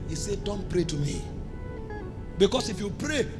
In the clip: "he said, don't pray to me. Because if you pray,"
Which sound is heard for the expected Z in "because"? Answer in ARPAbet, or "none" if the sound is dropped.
S